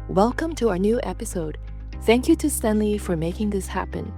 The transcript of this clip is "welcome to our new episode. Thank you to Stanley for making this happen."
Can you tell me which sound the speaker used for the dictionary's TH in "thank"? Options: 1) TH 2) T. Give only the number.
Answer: 1